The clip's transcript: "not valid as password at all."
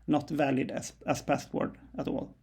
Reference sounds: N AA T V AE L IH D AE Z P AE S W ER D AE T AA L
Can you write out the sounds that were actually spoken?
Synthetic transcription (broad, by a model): N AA T V AE L IH D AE S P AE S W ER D AE T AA L